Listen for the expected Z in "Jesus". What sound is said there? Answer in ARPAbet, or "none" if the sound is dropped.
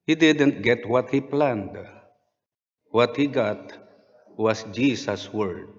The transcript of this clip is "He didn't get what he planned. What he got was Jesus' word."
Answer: S